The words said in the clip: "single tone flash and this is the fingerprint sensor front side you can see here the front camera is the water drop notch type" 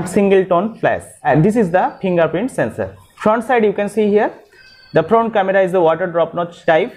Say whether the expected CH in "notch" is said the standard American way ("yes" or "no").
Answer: no